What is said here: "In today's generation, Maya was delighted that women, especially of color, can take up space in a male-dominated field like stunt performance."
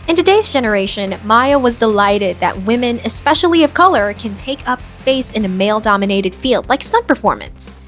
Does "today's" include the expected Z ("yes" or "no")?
yes